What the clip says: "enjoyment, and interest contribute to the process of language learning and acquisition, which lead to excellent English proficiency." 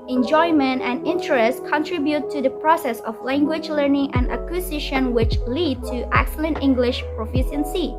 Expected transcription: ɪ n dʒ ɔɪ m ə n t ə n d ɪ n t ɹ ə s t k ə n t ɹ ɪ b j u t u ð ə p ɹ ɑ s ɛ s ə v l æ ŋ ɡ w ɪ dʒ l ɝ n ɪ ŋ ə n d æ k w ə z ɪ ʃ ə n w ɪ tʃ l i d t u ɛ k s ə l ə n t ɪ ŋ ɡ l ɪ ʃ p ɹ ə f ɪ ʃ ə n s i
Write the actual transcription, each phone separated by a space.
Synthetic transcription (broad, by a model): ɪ n dʒ ɔɪ m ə n t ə n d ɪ n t ɹ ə s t k ə n t ɹ ɪ b j u t u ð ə p ɹ ɑ s ɛ s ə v l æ ŋ ɡ w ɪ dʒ l ɝ n ɪ ŋ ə n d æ k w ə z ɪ ʃ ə n w ɪ tʃ l i d t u ɛ k s ə l ə n t ɪ ŋ ɡ l ɪ ʃ p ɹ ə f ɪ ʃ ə n s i